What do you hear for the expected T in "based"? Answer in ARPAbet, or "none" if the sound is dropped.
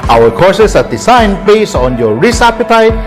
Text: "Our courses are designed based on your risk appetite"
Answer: none